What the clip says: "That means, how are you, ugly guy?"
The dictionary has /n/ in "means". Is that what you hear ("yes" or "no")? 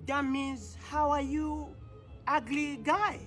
no